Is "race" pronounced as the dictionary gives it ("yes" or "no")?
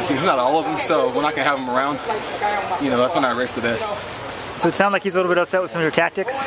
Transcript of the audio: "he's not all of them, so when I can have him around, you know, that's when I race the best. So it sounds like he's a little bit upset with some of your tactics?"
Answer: yes